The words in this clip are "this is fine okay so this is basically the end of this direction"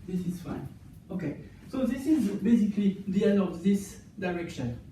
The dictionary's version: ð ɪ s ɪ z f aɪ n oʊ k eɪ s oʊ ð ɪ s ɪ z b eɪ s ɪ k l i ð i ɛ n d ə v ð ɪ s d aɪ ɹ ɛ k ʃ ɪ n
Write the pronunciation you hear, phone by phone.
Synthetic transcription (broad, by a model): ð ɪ s ɪ z f aɪ n oʊ k eɪ s oʊ ð ɪ s ɪ z b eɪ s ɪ k l i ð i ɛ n ə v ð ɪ s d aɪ ɹ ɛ k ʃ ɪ n